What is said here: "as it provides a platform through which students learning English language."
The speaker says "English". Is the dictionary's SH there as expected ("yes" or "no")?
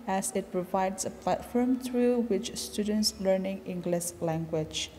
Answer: no